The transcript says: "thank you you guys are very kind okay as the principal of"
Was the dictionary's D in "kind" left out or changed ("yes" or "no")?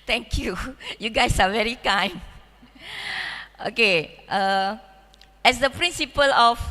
yes